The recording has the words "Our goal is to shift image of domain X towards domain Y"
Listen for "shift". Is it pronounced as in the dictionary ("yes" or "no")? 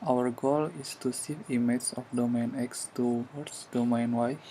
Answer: no